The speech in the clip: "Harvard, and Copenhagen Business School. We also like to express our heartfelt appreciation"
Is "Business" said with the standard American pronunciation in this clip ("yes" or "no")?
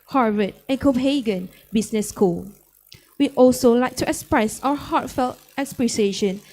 no